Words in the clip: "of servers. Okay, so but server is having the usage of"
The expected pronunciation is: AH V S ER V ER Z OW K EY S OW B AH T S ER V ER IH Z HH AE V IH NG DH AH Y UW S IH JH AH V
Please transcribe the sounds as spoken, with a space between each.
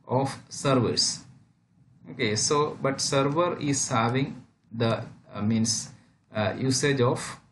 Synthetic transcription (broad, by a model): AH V S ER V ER S OW K EY S OW B AH T S ER V ER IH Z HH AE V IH NG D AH Y UW S IH JH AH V